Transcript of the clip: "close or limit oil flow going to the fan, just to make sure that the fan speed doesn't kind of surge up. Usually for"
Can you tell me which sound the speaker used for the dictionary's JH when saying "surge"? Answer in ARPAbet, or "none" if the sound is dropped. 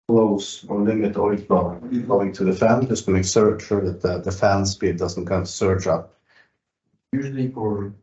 CH